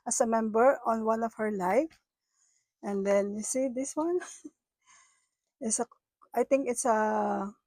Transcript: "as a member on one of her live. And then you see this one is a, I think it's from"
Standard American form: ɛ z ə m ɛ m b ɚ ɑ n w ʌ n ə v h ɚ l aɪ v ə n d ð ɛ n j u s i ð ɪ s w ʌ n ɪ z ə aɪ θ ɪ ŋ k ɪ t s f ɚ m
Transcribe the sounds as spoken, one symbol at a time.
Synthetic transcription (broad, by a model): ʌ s ə m ɛ m b ɚ ɑ n w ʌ n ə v h ɚ l aɪ f ə n d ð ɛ n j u s i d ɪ s w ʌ n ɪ s ə aɪ t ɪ ŋ k ɪ t s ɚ